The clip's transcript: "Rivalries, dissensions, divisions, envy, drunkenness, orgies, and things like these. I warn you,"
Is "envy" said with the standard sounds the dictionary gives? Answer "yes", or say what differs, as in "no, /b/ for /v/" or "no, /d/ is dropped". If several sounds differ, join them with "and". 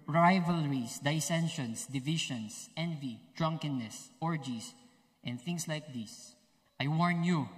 yes